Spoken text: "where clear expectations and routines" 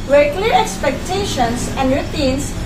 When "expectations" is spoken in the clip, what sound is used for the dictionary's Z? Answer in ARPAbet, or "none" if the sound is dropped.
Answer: S